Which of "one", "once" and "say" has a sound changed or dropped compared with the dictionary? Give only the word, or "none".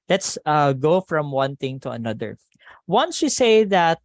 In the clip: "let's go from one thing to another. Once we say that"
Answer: none